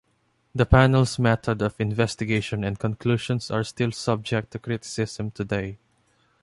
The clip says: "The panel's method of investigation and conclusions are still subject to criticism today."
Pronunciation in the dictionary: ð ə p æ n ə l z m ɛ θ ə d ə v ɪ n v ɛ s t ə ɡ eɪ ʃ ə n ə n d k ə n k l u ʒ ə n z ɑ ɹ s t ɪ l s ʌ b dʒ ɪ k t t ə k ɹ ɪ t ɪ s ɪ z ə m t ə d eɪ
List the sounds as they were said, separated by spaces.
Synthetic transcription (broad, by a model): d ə p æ n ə l s m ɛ t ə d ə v ɪ n v ɛ s t ə ɡ eɪ ʃ ə n ə n d k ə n k l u ʃ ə n s ɑ ɹ s t ɪ l s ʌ b dʒ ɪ k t t ə k ɹ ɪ t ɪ s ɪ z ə m t ə d eɪ